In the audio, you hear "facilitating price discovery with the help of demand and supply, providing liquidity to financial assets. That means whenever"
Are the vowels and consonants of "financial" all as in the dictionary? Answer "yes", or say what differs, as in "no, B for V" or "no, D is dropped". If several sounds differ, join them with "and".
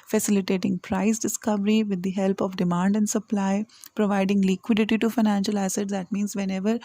yes